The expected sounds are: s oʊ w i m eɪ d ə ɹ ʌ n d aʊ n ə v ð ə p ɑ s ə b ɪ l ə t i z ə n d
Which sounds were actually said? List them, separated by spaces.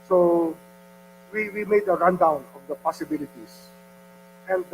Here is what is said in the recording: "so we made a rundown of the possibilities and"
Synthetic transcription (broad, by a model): s oʊ w i m eɪ d ə ɹ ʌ n d aʊ n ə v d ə p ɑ s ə b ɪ l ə t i s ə n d